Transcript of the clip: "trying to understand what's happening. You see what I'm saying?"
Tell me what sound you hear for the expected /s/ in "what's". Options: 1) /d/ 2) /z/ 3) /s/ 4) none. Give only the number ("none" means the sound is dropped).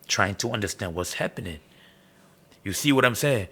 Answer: 3